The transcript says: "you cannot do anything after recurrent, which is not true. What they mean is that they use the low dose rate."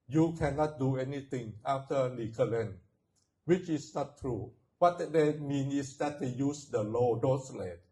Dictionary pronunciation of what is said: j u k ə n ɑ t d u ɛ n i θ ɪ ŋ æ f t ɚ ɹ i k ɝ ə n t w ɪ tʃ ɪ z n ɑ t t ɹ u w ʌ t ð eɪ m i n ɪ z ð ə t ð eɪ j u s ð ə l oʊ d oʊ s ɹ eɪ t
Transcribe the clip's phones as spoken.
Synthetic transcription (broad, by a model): j u k ə n ɑ t d u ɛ n i t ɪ ŋ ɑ f t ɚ l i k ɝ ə n w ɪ tʃ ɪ s n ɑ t t ɹ u w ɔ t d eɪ m i n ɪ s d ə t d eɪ j u s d ə l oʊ d oʊ s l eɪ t